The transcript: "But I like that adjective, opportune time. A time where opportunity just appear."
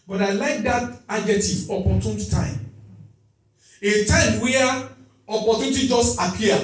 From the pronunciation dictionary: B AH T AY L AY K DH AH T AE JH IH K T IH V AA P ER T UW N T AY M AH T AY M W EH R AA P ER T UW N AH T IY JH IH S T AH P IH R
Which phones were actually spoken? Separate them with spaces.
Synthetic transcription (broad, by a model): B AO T AY L AY K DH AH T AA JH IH T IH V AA P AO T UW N T AY M AH T AY M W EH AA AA P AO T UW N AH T IY JH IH S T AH P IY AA